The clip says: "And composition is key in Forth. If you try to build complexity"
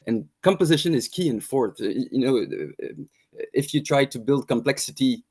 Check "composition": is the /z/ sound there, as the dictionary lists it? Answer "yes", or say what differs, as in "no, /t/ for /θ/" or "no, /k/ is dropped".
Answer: yes